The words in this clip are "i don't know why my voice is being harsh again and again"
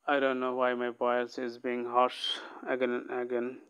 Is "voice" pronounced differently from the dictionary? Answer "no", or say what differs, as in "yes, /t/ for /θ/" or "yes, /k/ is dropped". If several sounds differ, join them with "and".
yes, /b/ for /v/